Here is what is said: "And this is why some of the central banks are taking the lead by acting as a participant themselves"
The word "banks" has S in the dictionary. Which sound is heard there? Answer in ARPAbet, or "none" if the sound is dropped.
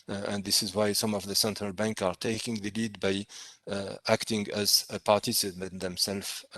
none